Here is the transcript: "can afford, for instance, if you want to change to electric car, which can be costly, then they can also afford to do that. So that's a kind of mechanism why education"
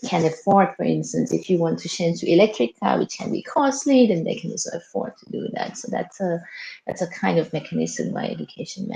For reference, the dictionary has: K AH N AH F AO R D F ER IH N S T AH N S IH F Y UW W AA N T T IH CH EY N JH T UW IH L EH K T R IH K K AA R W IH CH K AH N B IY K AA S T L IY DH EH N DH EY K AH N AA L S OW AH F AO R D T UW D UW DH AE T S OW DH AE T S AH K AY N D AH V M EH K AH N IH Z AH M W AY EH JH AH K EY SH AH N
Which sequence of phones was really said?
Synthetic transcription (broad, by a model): K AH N AH F AO R D F ER IH N S T AH N S IH F Y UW W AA N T T IH SH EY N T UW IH L EH K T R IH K K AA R W IH CH K AH N B IY K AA S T L IY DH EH N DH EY K AH N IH S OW AH F AO R D T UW D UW DH AE T S OW DH AE T S AH K AY N D AH V M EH K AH N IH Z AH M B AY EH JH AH K EY SH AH N